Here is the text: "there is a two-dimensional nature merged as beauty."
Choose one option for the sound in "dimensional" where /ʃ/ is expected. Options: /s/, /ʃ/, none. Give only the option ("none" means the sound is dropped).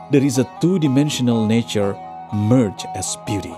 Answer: /ʃ/